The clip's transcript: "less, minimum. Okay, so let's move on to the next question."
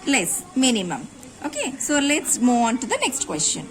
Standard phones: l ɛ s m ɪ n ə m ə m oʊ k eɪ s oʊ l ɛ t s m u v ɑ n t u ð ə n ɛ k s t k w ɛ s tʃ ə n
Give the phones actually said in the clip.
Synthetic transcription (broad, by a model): l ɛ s m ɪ n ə m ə m oʊ k eɪ s oʊ l ɛ t s m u ɑ n t u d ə n ɛ k s t k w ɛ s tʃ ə n